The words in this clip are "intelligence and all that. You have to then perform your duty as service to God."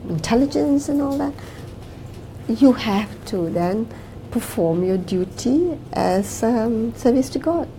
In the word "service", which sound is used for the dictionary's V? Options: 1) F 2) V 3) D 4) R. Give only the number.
2